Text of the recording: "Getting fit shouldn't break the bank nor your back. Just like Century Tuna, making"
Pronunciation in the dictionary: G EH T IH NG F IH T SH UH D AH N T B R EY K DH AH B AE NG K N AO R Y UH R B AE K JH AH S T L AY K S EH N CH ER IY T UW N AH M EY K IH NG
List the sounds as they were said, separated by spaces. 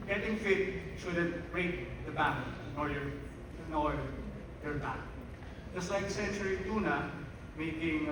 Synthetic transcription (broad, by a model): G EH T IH NG F IH T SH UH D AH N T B R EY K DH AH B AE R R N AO L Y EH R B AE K JH AH S T L AY K S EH N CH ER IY T UW N AH M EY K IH NG